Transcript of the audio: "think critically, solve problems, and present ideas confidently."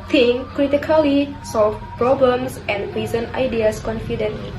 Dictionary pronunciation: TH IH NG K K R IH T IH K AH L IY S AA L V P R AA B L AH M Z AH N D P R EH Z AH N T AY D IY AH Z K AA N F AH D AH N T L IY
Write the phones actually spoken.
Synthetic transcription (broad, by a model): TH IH NG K K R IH T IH K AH L IY S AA L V P R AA B L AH M S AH N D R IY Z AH N AY D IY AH S K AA N F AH D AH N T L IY